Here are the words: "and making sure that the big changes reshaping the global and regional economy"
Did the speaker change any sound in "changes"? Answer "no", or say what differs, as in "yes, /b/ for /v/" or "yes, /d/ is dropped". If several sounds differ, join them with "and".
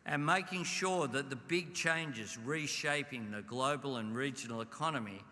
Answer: no